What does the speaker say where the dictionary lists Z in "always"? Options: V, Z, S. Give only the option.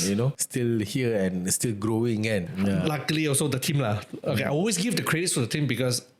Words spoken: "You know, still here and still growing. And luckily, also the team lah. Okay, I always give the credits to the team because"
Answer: S